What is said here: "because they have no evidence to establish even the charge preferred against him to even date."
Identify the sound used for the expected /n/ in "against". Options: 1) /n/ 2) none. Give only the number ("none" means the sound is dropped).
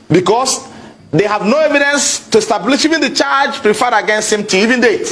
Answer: 1